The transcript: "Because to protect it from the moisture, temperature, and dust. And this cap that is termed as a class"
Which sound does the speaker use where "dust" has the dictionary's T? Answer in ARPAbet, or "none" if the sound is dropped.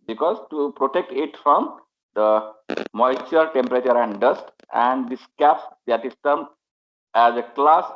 T